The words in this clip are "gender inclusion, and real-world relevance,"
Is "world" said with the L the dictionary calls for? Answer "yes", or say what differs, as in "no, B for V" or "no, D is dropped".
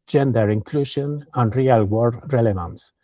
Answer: no, L is dropped